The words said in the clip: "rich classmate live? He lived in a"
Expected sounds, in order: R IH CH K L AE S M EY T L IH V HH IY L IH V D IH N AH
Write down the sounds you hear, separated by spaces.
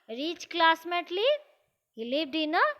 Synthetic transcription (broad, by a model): R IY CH K L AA S M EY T L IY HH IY L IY B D IH N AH